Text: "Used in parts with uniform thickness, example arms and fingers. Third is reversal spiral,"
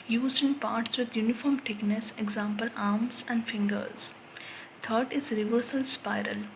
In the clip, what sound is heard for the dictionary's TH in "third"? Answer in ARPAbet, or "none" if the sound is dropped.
T